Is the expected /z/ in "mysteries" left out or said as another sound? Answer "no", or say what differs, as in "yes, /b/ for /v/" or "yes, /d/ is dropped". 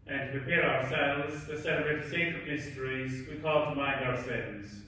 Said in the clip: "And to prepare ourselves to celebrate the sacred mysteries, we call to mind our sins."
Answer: no